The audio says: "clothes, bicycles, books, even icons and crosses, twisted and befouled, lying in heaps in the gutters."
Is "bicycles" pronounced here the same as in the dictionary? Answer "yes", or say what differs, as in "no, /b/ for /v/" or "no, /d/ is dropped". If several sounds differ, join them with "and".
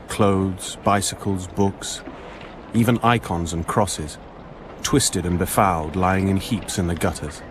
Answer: yes